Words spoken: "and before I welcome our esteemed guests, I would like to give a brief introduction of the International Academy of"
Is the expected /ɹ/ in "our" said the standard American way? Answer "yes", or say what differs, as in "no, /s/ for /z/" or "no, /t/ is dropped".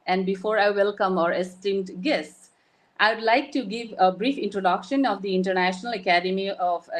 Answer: yes